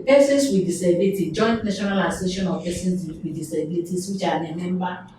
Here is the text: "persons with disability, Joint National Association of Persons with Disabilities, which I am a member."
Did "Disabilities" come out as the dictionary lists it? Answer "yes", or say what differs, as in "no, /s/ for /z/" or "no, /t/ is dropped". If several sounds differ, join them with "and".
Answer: no, /s/ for /z/